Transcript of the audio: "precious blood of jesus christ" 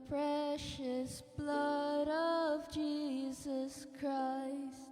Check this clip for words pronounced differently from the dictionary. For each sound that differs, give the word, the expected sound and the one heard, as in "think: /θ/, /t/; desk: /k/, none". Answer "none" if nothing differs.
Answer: none